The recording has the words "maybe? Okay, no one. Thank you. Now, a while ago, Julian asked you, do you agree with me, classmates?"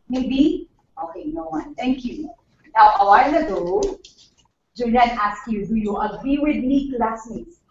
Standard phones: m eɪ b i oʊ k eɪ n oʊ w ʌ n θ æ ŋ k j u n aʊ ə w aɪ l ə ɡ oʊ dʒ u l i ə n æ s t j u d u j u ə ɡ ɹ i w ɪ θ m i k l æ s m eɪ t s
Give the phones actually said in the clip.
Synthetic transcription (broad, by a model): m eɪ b i oʊ k eɪ n oʊ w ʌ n t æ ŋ k j u n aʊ ə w aɪ l ə ɡ oʊ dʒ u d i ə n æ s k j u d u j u ə ɡ ɹ i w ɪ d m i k l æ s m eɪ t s